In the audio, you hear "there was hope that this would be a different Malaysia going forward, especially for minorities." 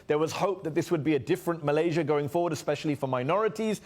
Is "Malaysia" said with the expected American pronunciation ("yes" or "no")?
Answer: yes